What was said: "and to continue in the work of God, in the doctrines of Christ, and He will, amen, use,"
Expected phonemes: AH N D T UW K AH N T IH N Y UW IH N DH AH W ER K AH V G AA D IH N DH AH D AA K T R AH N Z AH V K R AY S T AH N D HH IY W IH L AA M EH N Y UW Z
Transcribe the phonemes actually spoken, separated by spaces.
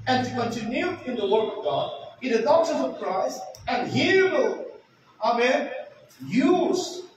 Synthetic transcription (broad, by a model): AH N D T UW K AH N T IH N Y UW IH N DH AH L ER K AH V G AA D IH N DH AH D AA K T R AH Z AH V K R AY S AH N D HH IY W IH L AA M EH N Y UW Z